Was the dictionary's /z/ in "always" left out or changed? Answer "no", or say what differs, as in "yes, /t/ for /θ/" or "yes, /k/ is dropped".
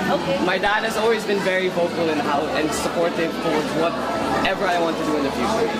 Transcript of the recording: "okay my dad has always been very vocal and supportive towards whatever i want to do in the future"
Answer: no